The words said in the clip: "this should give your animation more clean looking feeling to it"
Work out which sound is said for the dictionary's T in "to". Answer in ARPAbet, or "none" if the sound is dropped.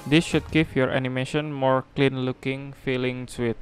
S